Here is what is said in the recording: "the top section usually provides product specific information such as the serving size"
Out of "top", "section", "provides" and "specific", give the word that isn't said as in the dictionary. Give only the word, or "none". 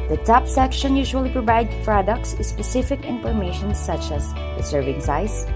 provides